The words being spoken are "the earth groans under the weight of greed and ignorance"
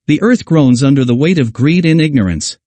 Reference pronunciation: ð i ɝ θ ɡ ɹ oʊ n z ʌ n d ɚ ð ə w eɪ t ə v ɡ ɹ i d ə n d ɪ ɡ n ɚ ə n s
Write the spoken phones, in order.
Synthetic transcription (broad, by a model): ð i ɝ θ ɡ ɹ oʊ n z ʌ n d ɚ ð ə w eɪ t ə v ɡ ɹ i d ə n ɪ ɡ n ɚ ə n s